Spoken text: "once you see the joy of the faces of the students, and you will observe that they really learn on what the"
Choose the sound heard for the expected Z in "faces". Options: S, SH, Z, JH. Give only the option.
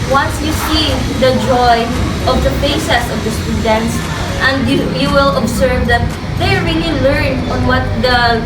S